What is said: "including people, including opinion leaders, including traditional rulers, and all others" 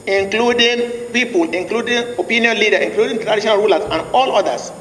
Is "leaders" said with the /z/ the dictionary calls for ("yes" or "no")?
no